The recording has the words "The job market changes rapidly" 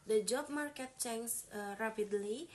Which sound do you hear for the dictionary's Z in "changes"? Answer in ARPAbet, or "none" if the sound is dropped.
none